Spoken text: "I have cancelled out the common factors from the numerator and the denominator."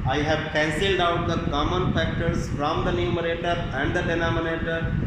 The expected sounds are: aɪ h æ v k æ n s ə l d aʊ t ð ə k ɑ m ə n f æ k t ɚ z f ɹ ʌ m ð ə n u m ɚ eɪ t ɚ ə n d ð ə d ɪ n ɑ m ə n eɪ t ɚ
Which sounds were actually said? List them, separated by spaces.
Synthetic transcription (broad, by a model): aɪ h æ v k æ n s ə l d aʊ t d ə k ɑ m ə n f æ k t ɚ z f ɹ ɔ m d ə n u m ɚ eɪ t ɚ ə n d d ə d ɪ n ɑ m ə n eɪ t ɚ